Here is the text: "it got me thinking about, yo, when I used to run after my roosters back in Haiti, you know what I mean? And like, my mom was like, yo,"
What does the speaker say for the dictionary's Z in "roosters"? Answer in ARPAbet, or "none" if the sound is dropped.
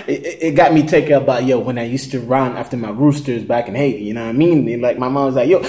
Z